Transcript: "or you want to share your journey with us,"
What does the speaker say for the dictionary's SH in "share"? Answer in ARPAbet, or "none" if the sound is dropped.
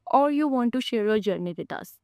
SH